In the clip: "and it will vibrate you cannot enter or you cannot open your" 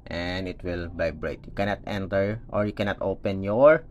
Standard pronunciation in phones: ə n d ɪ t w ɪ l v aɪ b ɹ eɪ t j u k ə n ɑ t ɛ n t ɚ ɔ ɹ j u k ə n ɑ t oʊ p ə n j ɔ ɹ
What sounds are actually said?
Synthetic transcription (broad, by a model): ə n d ɪ t w ɪ l b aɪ b ɹ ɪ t j u k ə n ɑ t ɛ n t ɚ ɔ ɹ j u k ə n ɑ t oʊ p ə n j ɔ ɹ